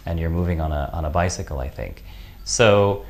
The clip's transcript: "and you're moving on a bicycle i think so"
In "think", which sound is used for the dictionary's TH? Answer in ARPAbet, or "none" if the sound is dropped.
TH